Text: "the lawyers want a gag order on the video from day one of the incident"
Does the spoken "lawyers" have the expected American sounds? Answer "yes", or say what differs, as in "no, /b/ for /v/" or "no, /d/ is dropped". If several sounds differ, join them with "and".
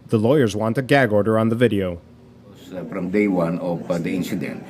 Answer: yes